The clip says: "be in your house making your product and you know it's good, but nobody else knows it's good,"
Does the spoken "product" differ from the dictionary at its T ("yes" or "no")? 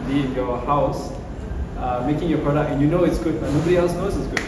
yes